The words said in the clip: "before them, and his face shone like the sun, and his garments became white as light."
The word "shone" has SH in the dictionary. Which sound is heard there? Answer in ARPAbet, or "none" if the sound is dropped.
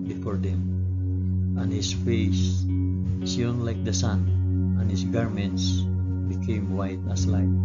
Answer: S